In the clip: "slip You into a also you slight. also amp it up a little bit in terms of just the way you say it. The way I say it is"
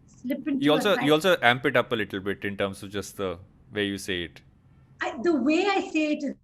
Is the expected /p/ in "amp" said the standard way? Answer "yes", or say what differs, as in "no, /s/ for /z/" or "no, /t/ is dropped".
yes